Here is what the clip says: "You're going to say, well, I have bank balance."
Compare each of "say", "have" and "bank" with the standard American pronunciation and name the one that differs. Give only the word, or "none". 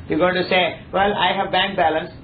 none